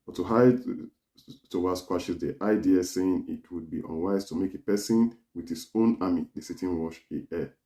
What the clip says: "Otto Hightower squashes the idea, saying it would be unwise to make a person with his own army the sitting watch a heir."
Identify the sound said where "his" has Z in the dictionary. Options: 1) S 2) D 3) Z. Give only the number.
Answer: 1